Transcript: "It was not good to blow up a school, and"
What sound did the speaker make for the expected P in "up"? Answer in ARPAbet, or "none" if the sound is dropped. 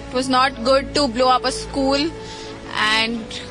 P